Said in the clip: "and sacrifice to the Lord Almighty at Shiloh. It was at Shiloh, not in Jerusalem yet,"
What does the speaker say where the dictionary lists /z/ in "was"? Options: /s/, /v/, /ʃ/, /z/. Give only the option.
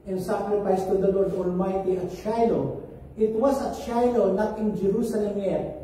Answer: /s/